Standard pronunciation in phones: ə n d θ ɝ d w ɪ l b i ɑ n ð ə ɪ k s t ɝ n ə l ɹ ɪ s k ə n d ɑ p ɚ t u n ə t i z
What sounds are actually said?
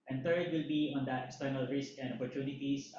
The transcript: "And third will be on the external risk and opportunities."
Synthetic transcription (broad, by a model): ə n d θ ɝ d w ɪ l b i ɑ n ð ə ɪ k s t ɝ n ə l ɹ ɪ s k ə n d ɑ p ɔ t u n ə t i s